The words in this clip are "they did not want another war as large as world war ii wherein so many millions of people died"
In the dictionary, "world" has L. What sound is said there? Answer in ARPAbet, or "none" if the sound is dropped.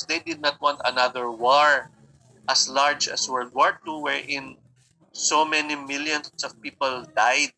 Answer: none